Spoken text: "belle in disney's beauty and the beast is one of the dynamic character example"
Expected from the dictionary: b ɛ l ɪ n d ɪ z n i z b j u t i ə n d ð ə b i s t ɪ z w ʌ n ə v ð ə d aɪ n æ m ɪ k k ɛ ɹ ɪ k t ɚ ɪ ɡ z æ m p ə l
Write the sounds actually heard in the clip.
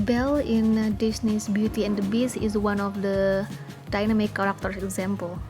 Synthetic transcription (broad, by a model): b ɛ l ɪ n d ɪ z n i s b j u t i ə n d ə b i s ɪ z w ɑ n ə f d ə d aɪ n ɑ m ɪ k k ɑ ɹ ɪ k t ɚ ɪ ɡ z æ m p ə l